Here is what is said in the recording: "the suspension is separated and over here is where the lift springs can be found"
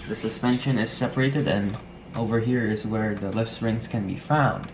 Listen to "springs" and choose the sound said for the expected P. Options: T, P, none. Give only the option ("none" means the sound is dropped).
none